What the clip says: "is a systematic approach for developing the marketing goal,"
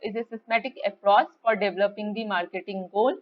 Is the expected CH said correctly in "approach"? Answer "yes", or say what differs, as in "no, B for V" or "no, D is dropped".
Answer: no, S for CH